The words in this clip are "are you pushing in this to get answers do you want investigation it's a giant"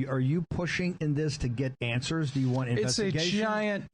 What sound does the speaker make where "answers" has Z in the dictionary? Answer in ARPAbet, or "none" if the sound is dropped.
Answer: Z